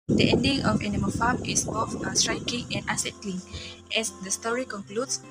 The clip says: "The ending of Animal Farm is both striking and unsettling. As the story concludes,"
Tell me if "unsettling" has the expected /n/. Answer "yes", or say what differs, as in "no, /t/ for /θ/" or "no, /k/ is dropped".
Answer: no, /n/ is dropped